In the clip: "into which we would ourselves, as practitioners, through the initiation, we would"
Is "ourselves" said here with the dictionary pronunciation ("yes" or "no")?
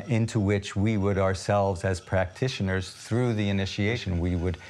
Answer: yes